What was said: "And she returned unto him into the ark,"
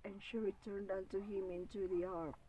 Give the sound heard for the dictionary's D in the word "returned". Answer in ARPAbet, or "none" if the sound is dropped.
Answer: D